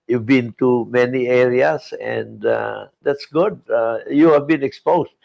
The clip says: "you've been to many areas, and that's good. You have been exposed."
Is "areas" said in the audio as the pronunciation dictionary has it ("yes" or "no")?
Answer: no